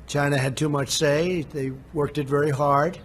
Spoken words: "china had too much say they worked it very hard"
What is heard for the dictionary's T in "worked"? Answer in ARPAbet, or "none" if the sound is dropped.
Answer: T